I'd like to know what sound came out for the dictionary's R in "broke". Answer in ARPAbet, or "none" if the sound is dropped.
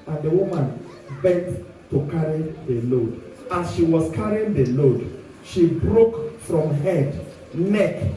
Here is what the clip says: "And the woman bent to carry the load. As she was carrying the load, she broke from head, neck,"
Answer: R